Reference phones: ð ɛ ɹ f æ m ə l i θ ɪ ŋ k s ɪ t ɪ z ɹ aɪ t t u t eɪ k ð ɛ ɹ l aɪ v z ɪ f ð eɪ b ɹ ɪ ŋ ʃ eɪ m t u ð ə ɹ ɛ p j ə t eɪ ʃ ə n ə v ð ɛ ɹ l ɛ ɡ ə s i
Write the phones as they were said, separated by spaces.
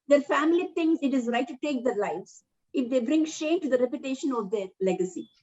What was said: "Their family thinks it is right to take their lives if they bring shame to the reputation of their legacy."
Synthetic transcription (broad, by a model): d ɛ ɹ f æ m ə l i t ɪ ŋ s ɪ t ɪ z ɹ aɪ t t u t eɪ k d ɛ ɹ l aɪ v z ɪ f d eɪ b ɹ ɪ ŋ ʃ eɪ m t u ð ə ɹ ɛ p j ə t eɪ ʃ ə n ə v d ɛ ɹ l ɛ ɡ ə s i